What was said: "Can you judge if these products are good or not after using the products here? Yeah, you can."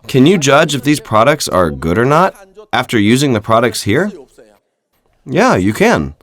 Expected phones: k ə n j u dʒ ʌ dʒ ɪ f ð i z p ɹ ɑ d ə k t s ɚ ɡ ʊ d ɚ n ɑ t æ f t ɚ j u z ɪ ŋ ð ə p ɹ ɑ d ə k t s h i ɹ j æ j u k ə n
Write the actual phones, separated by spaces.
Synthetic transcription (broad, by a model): k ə n j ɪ dʒ ʌ dʒ ɪ f ð i z p ɹ ɑ d ə k t s ɚ ɡ ʊ d ɚ n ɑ t æ f t ɚ j u z ɪ ŋ ð ə p ɹ ɑ d ə k t s h i ɹ j æ j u k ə n